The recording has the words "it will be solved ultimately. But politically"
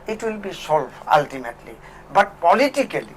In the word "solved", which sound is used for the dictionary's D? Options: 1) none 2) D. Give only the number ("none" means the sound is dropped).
1